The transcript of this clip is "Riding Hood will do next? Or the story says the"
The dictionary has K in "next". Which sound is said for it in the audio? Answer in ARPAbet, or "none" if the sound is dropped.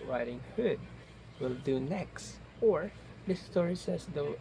K